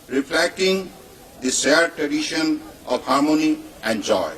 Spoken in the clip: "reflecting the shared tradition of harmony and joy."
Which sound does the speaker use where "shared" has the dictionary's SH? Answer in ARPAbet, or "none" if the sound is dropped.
S